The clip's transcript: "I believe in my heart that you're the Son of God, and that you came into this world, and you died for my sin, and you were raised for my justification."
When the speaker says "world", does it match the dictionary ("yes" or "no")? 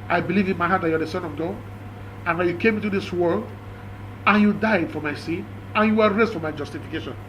yes